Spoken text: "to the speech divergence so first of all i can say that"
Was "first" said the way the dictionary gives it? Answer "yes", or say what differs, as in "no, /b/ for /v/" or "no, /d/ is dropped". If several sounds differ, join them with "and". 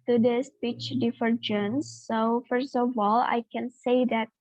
yes